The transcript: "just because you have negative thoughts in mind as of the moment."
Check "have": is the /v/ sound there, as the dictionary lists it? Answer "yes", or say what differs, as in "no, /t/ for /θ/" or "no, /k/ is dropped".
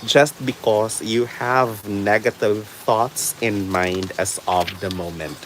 yes